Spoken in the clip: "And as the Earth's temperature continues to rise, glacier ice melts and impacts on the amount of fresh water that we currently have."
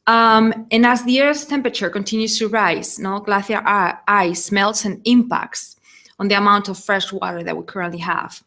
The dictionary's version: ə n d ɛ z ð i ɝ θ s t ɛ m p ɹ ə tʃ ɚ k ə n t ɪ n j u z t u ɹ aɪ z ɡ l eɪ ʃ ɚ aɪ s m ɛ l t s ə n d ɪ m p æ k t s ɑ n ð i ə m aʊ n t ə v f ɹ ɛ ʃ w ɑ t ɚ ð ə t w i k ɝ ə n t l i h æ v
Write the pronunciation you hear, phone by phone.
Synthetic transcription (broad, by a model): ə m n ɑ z ð i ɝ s t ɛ m p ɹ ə tʃ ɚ k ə n t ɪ n j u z t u ɹ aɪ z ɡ l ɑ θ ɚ aɪ s m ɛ l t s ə n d ɪ m p æ k t s ɑ n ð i ə m aʊ n t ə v f ɹ ɛ ʃ w ɑ t ɚ ð ə t w i k ɝ ə n t l i h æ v